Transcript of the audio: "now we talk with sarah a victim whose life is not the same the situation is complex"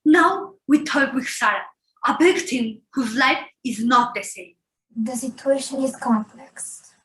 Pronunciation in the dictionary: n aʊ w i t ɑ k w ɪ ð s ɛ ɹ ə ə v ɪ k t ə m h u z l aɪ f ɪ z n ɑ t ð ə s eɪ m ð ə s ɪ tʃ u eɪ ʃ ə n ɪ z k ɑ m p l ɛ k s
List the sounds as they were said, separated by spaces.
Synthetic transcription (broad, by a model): n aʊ w i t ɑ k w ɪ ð s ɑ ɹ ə ə b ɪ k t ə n h u z l aɪ f ɪ z n ɑ t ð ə s eɪ m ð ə s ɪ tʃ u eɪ ʃ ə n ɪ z k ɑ m p l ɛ k s